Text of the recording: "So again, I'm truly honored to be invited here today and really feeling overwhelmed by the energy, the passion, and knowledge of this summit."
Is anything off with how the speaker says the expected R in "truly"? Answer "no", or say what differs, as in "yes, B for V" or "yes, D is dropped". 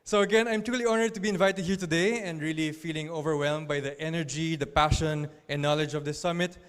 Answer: yes, R is dropped